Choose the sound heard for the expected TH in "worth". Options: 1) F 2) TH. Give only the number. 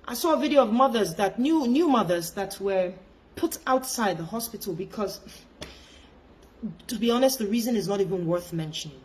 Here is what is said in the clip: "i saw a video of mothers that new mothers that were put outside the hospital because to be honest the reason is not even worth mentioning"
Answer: 2